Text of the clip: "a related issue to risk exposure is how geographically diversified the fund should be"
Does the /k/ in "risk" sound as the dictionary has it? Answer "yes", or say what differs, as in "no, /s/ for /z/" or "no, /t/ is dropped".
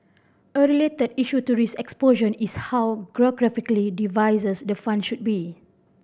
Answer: no, /k/ is dropped